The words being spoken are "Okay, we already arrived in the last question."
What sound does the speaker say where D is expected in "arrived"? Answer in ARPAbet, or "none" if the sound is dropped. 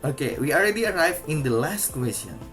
none